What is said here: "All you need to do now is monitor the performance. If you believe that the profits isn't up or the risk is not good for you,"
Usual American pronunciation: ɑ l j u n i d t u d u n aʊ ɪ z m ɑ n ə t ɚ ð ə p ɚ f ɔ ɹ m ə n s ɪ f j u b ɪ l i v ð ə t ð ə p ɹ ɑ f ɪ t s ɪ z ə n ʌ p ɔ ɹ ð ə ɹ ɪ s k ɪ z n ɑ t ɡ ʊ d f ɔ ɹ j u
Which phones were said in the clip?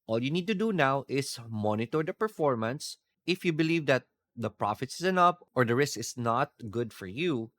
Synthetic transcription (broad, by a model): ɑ l j u n i d t u d u n aʊ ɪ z m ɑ n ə t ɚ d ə p ɚ f ɔ ɹ m ə n s ɪ f j u b ɪ l i v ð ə t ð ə p ɹ ɑ f ɪ t s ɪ s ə n ʌ p ɔ ɹ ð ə ɹ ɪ s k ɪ s n ɑ t ɡ ʊ d f ɔ ɹ j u